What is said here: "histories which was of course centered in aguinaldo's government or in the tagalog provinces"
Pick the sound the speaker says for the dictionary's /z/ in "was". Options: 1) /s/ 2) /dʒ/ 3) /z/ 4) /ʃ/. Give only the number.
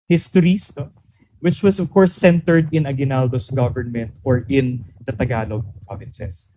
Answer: 1